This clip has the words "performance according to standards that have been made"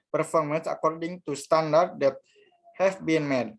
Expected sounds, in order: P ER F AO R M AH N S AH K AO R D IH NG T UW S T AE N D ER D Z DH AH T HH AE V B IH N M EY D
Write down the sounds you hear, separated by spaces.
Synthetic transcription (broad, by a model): P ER F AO R M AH N S AH K AO R D IH NG T UW S T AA N D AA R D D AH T HH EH F B IH N M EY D